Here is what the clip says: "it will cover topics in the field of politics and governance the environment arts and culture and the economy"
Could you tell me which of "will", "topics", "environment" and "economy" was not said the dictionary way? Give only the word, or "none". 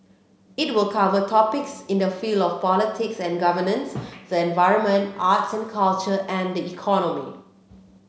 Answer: none